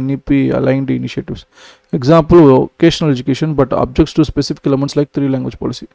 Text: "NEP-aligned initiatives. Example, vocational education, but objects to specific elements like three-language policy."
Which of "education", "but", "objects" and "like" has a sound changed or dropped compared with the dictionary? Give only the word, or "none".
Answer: none